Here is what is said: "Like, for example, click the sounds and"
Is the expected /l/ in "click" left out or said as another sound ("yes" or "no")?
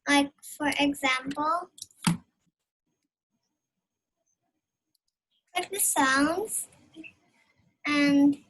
yes